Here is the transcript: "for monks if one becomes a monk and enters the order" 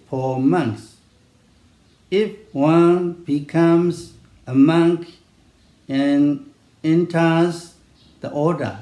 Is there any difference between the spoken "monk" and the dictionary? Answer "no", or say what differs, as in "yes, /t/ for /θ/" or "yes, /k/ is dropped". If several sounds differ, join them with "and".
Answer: no